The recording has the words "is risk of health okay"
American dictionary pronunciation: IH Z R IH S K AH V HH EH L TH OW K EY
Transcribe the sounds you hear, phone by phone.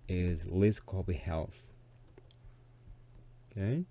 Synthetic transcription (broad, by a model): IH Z L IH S K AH B HH EH L TH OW K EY